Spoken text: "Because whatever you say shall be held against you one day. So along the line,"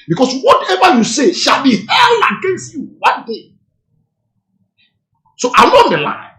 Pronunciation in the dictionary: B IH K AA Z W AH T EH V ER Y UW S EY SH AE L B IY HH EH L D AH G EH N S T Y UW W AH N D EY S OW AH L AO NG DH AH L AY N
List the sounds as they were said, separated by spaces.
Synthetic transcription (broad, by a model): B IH K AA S W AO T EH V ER Y UW S EY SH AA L B IY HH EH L AH G EH N S T Y UW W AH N D EY S OW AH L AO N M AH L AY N